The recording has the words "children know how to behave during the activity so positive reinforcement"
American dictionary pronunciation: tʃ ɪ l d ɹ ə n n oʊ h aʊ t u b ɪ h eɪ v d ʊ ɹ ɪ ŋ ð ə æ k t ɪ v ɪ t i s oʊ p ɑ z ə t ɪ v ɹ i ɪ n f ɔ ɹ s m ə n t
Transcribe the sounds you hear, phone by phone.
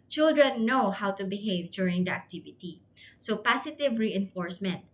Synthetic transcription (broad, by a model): tʃ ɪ l d ɹ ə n n oʊ h aʊ t u b ɪ h eɪ v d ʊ ɹ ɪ ŋ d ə æ k t ɪ v ɪ t i s oʊ p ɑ s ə t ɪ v ɹ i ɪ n f ɔ ɹ s m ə n t